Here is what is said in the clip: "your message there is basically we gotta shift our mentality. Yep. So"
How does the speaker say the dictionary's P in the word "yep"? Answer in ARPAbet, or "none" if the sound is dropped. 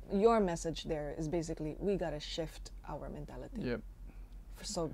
F